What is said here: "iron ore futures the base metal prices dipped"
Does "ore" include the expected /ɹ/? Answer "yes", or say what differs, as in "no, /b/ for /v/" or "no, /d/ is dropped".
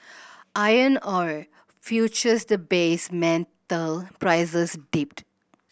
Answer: yes